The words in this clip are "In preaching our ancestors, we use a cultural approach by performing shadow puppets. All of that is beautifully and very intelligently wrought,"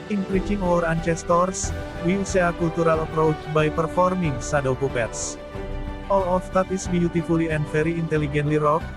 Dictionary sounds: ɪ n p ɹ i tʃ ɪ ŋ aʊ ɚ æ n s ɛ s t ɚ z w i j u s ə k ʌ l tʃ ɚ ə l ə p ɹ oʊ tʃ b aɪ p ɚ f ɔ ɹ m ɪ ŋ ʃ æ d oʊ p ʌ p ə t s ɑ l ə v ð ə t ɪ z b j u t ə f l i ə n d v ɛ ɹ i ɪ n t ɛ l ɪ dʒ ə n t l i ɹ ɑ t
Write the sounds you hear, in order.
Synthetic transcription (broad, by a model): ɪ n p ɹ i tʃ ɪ ŋ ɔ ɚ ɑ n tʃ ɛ s t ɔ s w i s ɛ ə k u l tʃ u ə l ə p ɹ oʊ tʃ b aɪ p ɚ f ɔ ɹ m ɪ ŋ s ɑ d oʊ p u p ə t s ɑ l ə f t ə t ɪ s b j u t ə f l i ə n d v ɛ ɹ i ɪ n t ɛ l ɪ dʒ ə n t l i ɹ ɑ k